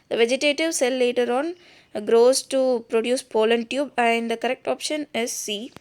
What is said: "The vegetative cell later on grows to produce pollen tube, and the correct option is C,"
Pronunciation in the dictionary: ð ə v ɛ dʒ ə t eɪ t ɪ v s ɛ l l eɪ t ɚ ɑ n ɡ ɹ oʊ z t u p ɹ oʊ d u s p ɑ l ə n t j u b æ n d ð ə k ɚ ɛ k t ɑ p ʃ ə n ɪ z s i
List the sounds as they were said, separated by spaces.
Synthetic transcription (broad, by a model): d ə v ɛ dʒ ə t eɪ t ɪ v s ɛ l l eɪ t ɚ ɑ n ɡ ɹ oʊ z t u p ɹ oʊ d u s p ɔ l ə n t j u b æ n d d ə k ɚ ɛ k t ɑ p ʃ ə n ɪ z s i